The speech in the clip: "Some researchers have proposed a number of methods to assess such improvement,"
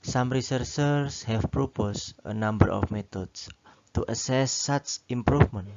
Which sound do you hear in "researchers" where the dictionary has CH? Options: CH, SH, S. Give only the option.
S